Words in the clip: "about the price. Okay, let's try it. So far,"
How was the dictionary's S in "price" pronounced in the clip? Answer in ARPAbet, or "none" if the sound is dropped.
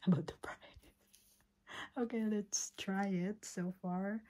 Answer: none